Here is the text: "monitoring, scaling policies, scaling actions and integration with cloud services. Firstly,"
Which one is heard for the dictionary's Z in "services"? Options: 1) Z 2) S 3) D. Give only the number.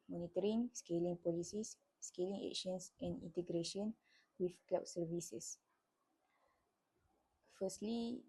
2